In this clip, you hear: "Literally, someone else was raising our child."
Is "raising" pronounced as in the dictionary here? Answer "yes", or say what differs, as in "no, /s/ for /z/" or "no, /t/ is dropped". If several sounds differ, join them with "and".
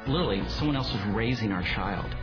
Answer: yes